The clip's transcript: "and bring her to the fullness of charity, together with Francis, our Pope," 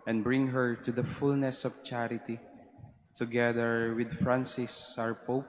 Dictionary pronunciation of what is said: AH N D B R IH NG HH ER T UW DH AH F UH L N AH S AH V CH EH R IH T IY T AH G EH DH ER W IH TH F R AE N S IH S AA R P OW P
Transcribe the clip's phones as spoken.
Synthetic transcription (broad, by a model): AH N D B R IH NG HH ER T UW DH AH F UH L N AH S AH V CH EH R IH T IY T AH G EH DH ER W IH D F R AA N S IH S AA R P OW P